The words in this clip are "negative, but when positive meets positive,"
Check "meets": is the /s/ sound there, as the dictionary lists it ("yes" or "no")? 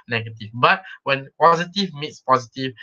yes